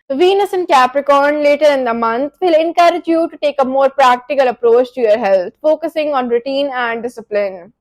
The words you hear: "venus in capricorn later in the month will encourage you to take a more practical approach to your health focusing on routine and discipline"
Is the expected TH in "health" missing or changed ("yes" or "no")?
yes